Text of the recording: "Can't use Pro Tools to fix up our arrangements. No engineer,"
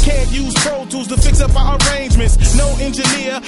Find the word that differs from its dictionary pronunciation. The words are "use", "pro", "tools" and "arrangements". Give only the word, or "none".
tools